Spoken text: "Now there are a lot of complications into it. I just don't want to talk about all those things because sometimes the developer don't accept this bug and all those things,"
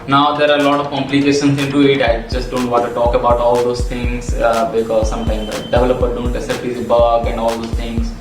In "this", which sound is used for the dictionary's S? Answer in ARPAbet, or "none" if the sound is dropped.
none